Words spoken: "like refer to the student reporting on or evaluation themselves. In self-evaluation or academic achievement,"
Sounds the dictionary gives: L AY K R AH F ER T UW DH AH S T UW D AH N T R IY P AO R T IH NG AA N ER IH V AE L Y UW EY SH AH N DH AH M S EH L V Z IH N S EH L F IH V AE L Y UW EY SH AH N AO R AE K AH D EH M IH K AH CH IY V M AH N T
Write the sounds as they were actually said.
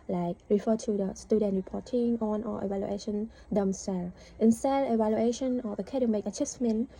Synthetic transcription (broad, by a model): L AY K R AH F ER T UW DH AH S T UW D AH N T R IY P AO T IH NG AA N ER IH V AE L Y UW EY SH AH N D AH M S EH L IH N S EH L IH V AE L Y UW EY SH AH N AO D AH K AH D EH M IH K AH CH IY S M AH N